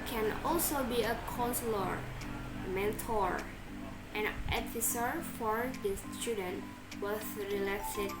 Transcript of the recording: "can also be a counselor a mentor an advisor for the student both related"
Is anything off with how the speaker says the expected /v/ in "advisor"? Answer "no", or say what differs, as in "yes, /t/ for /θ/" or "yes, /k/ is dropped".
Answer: yes, /f/ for /v/